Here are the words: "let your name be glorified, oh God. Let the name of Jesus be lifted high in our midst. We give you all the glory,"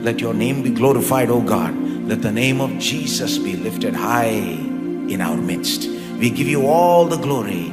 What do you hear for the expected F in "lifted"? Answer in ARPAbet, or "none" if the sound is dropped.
F